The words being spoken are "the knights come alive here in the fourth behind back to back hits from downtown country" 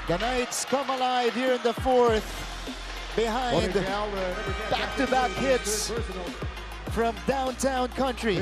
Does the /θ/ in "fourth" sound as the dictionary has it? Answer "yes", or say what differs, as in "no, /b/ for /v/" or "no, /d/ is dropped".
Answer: yes